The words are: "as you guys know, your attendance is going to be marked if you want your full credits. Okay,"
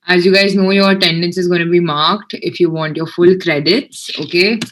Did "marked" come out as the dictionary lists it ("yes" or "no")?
yes